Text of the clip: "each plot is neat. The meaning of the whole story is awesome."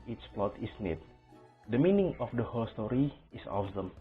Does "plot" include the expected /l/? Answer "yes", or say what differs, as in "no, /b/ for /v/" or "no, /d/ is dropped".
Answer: yes